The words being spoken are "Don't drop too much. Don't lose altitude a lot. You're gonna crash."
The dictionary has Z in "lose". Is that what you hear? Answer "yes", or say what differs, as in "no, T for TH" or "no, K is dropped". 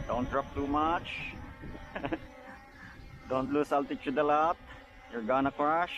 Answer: no, S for Z